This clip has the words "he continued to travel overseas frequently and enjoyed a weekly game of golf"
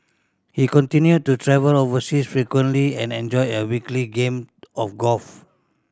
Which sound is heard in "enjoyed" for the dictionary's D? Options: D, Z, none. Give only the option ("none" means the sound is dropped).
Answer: none